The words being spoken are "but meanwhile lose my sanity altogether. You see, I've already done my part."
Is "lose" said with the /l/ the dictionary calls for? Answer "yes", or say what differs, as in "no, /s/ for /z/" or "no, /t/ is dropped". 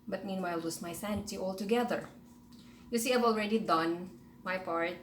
no, /w/ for /l/